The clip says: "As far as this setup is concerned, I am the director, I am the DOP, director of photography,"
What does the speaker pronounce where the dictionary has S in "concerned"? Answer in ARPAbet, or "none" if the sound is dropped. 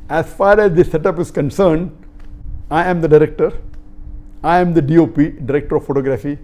S